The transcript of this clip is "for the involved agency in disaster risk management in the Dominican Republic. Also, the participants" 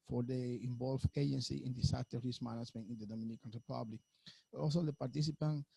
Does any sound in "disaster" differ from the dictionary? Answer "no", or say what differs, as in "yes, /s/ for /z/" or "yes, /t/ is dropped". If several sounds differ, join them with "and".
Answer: yes, /s/ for /z/